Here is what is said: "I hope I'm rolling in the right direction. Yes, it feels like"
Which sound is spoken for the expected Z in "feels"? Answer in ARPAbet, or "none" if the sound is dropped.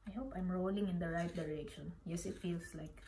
S